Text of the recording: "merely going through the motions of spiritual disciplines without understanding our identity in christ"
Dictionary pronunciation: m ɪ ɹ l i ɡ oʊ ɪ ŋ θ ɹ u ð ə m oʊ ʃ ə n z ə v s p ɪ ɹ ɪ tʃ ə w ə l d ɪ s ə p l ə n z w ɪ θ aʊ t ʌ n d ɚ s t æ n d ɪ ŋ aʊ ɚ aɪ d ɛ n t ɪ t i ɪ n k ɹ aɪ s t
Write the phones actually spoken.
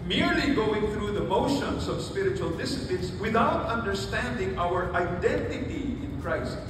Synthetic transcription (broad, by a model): m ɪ ɹ l i ɡ oʊ ɪ ŋ θ ɹ u ð ə m oʊ ʃ ə n z ə v s p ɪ ɹ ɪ tʃ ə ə l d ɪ s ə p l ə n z w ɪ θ aʊ t ʌ n d ɚ s t æ n d ɪ ŋ aʊ ɚ aɪ d ɛ n t ɪ t i ɪ n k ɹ aɪ s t